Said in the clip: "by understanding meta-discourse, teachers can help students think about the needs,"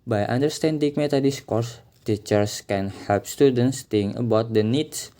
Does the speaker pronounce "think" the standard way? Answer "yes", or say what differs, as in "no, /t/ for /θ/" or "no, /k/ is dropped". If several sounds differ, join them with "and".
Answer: no, /t/ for /θ/ and /k/ is dropped